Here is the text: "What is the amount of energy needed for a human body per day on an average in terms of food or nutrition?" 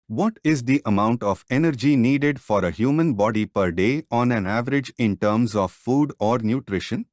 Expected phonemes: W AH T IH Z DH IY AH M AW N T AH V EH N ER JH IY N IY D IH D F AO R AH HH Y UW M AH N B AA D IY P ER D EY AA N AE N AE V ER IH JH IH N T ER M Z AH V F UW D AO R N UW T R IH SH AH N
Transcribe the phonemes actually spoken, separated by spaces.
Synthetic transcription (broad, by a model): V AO T IH Z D IY AH M AW N T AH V EH N ER JH IY N IY D IH D F AO R AH HH Y UW M AH N B AA D IY P ER D EY AA N AE N AE V ER IH JH IH N T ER M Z AH V F UW D AO R N UW T R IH SH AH N